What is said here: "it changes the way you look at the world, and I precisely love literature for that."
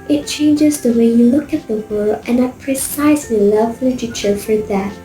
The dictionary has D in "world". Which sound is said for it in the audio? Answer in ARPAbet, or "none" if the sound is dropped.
none